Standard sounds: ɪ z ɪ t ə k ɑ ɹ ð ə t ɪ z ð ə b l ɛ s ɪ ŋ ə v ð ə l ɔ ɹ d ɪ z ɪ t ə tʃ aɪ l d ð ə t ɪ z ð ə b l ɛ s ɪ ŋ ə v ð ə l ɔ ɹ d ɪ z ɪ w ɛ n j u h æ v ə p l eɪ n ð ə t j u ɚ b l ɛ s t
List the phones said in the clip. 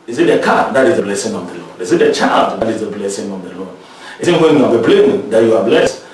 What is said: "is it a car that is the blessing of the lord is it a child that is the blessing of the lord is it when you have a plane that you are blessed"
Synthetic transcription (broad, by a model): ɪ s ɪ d ə k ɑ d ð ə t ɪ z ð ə b l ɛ s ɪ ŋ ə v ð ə l ɔ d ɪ s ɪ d ə tʃ aɪ l d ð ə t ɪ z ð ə b l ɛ s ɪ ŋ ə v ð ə l ɔ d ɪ s ɪ w ɛ n j u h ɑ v ə b l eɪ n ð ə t j u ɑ b l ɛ s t